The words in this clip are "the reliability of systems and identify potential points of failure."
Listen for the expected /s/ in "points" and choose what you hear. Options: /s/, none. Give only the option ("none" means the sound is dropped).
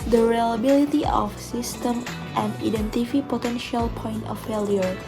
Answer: none